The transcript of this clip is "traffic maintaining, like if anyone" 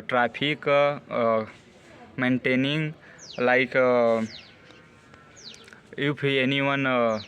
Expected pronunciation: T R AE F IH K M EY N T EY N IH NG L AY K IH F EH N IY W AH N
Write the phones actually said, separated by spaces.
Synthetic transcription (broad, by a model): T R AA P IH K M EY N T EY N IH NG L AY K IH P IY N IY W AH N